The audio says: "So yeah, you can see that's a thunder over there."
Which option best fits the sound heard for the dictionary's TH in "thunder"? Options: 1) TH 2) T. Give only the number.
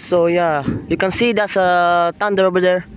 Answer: 2